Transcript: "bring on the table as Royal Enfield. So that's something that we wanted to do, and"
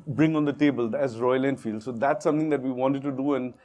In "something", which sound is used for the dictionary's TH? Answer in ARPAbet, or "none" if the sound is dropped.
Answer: T